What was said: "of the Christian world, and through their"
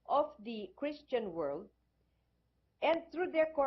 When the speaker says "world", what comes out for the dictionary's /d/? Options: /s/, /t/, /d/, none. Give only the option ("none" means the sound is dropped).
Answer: /d/